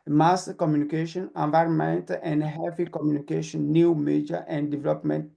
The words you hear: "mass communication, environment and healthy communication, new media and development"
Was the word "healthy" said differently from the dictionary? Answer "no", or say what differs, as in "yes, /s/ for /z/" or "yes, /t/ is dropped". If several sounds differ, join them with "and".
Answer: yes, /f/ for /θ/